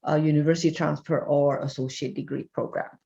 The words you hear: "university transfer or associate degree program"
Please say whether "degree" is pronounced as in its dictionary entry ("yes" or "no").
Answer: yes